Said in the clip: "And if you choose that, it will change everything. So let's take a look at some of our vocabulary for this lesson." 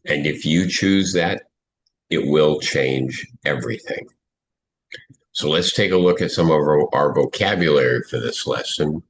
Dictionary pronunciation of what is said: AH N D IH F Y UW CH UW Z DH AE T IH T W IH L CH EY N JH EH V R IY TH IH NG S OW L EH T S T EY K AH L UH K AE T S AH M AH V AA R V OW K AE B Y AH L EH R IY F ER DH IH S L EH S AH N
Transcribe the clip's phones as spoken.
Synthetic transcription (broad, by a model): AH N IH F Y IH CH UW Z DH AE T IH T W IH L CH EY N JH EH V R IY TH IH NG S OW L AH T S T EY K AH L UH K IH T S AH M AH V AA R V OW K AE B Y AH L EH R IY F ER DH IH S L EH S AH N